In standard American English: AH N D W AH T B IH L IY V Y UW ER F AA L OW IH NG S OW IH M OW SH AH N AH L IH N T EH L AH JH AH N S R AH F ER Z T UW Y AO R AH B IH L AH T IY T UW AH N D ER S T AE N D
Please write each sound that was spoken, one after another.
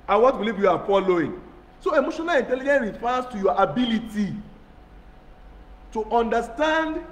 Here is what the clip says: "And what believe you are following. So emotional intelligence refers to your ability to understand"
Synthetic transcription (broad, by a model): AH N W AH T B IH L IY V Y UW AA F AA L OW IH NG S OW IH M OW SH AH N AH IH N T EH L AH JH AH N R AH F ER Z T UW Y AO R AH B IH L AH T IY T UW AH N D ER S T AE N D